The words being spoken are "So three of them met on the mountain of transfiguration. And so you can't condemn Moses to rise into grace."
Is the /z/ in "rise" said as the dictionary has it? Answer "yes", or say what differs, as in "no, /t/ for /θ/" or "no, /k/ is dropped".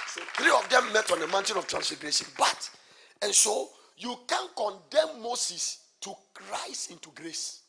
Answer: no, /s/ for /z/